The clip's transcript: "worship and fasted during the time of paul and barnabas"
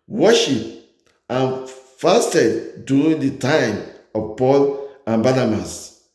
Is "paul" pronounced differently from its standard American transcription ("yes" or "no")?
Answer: no